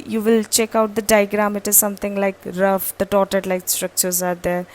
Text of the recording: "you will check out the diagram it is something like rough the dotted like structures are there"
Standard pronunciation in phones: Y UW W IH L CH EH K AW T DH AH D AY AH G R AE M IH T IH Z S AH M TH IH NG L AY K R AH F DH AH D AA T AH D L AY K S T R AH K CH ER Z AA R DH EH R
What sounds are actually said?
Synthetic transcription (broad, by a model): Y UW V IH L CH EH K AW T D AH D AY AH G R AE M IH T IH Z S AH M T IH NG L AY K R AH F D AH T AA T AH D L AY K S T R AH K CH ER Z AA R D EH R